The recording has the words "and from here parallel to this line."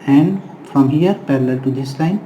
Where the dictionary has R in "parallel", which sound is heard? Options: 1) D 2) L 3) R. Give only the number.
3